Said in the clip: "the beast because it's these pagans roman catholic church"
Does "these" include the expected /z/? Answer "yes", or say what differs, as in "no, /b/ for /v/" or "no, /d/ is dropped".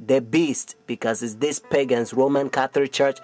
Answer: no, /s/ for /z/